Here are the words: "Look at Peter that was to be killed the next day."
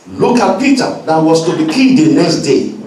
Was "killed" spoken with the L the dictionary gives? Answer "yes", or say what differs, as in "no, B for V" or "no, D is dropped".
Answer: no, L is dropped